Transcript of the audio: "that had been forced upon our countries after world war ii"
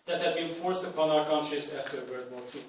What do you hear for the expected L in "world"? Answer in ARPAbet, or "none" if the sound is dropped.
none